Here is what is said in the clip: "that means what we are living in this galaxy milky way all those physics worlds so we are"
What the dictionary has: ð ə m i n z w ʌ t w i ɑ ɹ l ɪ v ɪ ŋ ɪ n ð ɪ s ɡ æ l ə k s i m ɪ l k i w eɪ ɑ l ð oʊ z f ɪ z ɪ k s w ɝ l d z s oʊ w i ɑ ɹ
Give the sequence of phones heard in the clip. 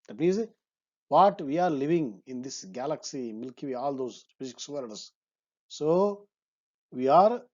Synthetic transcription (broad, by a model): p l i z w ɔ t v i ɑ ɹ l ɪ v ɪ ŋ ɪ n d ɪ s ɡ æ l ə k s i m ɪ l k i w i ɑ l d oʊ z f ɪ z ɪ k s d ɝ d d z s oʊ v i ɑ ɹ